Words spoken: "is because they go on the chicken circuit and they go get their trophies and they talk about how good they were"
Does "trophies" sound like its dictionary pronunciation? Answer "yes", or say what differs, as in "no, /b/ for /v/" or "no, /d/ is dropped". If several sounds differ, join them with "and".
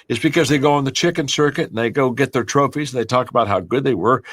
yes